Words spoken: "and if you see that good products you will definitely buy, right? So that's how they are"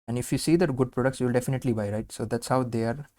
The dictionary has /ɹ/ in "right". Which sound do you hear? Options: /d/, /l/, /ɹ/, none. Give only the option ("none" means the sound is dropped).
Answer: /ɹ/